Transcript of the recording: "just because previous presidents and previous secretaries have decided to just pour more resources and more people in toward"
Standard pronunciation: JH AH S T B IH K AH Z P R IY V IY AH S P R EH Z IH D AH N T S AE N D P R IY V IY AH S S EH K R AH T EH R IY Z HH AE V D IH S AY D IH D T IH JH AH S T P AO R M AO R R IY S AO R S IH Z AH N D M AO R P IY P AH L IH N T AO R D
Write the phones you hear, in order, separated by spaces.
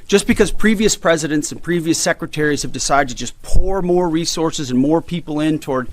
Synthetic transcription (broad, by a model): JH AH S B IH K AH Z P R IY V IY AH S P R EH Z IH D AH N T S N P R IY V IY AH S S EH K R AH T EH R IY Z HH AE V D IH S AY D IH D T IH JH AH S P AO R M AO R R IY S AO R S IH Z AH N M AO R P IY P L IH N T AO R D